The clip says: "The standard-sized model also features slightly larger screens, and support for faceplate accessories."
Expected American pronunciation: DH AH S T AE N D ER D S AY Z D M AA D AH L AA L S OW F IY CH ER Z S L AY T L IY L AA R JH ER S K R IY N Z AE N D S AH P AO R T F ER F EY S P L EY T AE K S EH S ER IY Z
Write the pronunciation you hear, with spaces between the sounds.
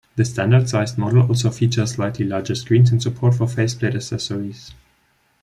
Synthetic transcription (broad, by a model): DH AH S T AE N D ER D S AY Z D M AA D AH L AA L S OW F IY CH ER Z S L AY T L IY L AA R JH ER S K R IY N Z N S AH P AO R T F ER F EY S P L EY T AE S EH S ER IY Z